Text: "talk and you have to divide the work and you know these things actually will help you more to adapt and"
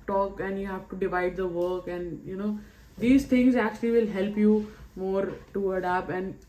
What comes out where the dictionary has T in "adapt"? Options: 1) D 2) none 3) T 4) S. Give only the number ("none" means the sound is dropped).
2